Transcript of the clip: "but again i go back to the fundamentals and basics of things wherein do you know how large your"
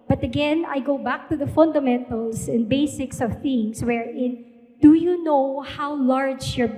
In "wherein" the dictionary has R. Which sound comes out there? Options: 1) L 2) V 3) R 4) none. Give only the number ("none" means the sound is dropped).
3